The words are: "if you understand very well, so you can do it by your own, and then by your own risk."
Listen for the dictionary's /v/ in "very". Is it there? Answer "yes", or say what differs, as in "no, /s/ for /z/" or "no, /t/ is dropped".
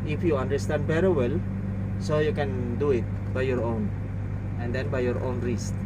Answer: no, /b/ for /v/